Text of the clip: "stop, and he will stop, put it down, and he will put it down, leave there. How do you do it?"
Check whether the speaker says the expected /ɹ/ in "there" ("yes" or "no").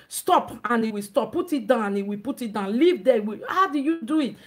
no